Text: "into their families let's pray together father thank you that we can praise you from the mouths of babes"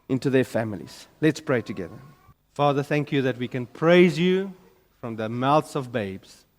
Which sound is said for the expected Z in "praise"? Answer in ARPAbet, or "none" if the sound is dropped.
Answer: Z